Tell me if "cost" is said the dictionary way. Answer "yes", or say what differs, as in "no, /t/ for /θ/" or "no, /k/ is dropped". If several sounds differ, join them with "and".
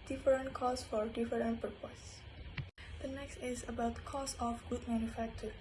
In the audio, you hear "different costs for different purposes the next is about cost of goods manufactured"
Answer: no, /t/ is dropped